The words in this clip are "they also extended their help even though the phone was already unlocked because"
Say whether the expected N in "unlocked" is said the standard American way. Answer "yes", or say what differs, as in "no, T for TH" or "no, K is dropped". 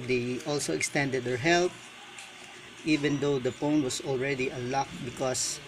no, N is dropped